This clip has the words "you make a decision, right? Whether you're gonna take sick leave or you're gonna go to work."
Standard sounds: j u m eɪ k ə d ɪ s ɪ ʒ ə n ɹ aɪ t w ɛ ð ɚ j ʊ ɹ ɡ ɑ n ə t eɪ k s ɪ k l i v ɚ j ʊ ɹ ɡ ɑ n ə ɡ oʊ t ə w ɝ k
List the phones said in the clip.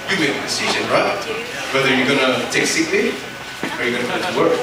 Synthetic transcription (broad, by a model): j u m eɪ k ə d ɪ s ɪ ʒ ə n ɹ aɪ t w ɛ ð ɚ j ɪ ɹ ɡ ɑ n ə t eɪ k s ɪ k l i ɚ j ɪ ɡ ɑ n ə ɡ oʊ t ə w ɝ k